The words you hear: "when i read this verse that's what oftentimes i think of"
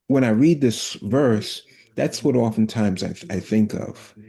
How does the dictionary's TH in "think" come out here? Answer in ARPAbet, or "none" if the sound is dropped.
TH